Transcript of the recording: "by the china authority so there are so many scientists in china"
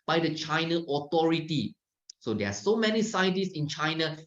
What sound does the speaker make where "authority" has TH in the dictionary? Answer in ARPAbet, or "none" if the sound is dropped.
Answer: T